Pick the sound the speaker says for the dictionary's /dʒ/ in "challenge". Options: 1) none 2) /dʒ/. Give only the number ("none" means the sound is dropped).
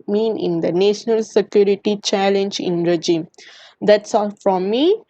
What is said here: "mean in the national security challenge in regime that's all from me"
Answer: 2